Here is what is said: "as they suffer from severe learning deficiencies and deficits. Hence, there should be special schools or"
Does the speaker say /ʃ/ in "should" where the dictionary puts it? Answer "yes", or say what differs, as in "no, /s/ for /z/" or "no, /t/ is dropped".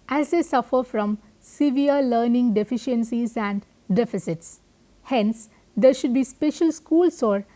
yes